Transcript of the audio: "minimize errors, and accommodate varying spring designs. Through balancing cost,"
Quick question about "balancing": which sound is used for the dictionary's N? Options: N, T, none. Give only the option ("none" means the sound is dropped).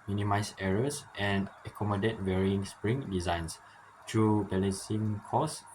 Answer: none